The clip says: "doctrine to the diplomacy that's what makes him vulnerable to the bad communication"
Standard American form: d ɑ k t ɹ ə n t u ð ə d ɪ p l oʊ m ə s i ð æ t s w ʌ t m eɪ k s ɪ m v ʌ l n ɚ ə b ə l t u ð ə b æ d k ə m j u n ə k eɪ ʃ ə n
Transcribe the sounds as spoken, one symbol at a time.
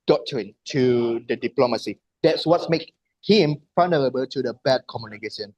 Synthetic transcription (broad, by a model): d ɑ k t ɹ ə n t u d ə d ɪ p l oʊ m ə s i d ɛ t s w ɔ t m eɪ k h ɪ m f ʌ n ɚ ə b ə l t u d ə b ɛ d k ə m j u n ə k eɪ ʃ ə n